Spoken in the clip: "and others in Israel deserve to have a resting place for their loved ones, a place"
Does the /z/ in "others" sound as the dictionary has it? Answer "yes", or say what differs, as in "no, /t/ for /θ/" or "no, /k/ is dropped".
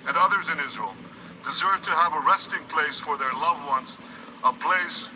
yes